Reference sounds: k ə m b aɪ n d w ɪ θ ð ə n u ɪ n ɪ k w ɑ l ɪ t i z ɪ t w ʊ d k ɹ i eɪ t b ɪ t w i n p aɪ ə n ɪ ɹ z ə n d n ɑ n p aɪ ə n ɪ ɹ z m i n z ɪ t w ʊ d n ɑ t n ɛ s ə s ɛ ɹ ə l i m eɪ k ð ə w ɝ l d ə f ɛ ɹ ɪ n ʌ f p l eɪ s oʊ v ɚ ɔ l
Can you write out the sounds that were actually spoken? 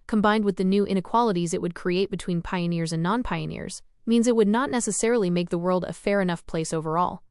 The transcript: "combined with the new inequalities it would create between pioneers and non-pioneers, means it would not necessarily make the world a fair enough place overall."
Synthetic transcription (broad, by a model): k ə m b aɪ n d w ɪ ð ə n u ɪ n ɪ k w ɑ l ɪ t i z ɪ t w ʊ d k ɹ i eɪ t b ɪ t w i n p aɪ ə n ɪ ɹ z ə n n ɑ n p aɪ ə n ɪ ɹ z m i n z ɪ t w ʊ d n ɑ t n ɛ s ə s ɛ ɹ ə l i m eɪ k ð ə w ɝ l d ə f ɛ ɹ ɪ n ʌ f p l eɪ s oʊ v ɚ ɔ l